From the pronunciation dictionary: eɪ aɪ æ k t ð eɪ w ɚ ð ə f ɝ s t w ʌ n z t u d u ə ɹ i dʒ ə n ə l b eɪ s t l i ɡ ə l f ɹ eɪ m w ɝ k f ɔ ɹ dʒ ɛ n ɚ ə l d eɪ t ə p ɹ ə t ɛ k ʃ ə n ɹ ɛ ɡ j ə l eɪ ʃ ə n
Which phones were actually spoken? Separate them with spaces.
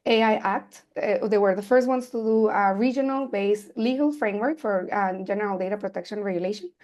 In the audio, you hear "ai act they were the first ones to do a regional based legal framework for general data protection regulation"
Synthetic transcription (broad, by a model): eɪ aɪ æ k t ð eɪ w ɚ ð ə f ɝ s t w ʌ n s t u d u ə ɹ i dʒ ə n ə l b eɪ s l i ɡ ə l f ɹ eɪ m w ɝ k f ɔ ɹ dʒ ɛ n ɚ ə l d eɪ t ə p ɹ ə t ɛ k ʃ ə n ɹ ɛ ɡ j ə l eɪ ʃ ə n